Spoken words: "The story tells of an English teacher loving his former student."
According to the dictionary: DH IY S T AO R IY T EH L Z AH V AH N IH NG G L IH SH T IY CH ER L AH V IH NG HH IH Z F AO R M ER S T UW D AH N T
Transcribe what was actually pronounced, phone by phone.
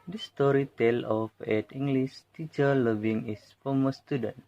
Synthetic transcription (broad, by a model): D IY S T AO R IY T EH L AH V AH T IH NG G L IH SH T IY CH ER L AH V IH NG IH S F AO M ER S T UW D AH N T